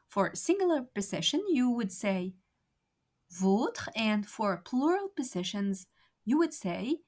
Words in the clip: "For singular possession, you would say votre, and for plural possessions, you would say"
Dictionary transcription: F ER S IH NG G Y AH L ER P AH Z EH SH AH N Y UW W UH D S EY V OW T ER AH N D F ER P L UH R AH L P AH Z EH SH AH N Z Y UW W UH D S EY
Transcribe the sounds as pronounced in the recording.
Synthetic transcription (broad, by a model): F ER S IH NG G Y L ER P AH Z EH SH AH N Y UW W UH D S EY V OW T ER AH N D F ER P L UH R AH L P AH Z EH SH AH N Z Y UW W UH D S EY